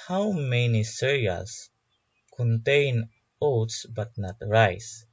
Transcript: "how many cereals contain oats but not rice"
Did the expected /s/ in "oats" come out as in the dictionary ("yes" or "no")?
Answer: yes